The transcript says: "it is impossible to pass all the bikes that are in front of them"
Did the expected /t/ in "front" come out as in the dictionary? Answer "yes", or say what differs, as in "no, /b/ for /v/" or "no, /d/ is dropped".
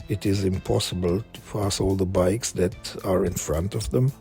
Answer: yes